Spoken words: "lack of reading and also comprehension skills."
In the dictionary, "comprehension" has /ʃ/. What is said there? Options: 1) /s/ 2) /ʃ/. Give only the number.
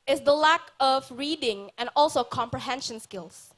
2